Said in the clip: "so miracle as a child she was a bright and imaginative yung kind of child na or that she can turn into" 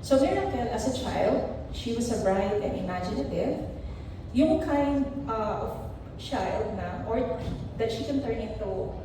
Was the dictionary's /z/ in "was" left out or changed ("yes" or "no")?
yes